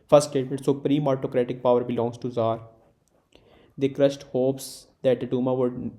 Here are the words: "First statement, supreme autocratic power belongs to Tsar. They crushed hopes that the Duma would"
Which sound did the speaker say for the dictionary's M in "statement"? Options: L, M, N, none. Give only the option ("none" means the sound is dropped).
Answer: none